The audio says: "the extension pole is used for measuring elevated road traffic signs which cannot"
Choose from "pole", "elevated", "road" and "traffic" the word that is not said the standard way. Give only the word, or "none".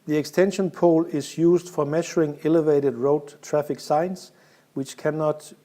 none